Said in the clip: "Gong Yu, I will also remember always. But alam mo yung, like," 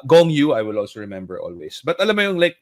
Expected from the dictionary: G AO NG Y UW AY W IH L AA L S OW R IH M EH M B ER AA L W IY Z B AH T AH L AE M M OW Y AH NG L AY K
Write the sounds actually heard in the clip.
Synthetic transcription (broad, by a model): G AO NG Y UW AY W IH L AA L S OW R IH M EH M B ER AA L W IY S B AH T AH L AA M M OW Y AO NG L AY K